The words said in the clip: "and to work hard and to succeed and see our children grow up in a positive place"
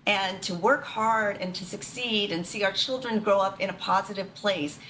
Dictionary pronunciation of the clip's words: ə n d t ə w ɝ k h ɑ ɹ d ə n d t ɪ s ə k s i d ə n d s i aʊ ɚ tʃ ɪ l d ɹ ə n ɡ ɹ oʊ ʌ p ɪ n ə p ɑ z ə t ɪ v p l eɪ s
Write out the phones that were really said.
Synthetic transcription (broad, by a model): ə n t ə w ɝ k h ɑ ɹ d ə n t ɪ s ə k s i d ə n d s i aʊ ɚ tʃ ɪ l d ɹ ə n ɡ ɹ oʊ ʌ p ɪ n ə p ɑ z ə t ɪ v p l eɪ s